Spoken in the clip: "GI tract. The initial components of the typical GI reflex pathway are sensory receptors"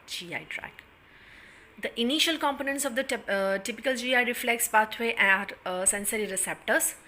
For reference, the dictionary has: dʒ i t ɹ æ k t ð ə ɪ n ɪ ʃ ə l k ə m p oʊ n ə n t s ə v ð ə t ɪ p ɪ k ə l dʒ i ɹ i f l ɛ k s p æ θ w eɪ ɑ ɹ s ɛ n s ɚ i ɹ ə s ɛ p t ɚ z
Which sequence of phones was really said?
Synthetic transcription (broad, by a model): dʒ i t ɹ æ k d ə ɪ n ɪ ʃ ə l k ə m p oʊ n ə n t s ə v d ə t ɪ p ɪ k ə l dʒ i ɹ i f l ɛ k s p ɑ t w eɪ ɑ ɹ s ɛ n s ɚ i ɹ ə s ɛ p t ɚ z